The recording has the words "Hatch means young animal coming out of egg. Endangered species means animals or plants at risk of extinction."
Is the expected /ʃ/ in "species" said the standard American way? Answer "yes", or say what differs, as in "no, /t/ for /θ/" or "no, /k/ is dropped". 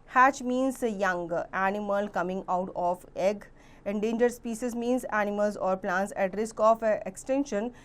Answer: no, /s/ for /ʃ/